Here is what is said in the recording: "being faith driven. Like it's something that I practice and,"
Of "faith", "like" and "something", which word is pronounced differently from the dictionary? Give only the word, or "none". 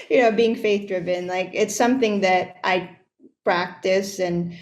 none